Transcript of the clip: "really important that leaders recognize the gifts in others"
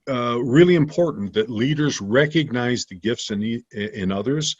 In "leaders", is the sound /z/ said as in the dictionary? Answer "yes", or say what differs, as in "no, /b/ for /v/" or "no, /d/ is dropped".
yes